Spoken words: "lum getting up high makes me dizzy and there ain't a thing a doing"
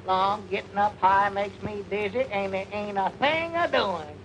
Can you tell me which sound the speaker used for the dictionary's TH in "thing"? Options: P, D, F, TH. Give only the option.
TH